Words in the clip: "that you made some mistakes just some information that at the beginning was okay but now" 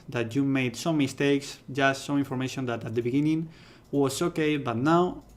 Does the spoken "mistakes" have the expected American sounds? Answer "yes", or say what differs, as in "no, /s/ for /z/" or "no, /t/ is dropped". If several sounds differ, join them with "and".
yes